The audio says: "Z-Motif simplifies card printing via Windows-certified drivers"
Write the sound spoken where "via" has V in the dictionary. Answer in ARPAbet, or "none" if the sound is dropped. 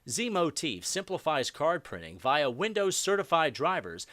V